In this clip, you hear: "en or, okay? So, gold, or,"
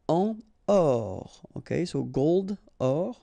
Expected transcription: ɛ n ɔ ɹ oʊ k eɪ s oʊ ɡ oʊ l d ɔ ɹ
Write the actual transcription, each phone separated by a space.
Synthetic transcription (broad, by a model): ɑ ɔ ɹ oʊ k eɪ s oʊ ɡ oʊ l d ɔ ɹ